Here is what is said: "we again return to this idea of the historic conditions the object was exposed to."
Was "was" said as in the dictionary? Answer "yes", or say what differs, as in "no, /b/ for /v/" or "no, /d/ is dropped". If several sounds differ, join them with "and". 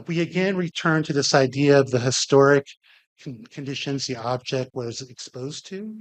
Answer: yes